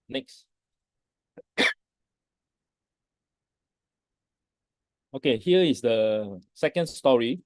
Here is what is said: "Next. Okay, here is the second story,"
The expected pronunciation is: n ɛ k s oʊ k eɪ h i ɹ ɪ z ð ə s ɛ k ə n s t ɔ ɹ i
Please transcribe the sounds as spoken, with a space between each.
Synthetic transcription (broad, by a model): n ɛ k s oʊ k eɪ h i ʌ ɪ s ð ə s ɛ k ə n s t ɔ ɹ i